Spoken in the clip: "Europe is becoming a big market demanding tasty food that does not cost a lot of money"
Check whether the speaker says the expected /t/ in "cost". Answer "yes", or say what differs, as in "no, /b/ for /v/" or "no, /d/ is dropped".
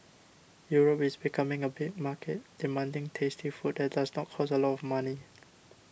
no, /t/ is dropped